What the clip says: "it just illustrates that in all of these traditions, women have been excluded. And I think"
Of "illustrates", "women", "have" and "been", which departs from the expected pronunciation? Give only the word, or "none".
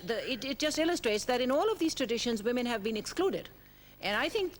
none